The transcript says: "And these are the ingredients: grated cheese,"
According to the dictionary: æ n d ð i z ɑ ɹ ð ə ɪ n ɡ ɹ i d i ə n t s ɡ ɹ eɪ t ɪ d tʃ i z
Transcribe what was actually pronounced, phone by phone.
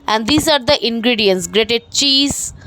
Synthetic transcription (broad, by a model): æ n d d i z ɑ ɹ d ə ɪ n ɡ ɹ i d i ə n t s ɡ ɹ eɪ t ɪ d tʃ i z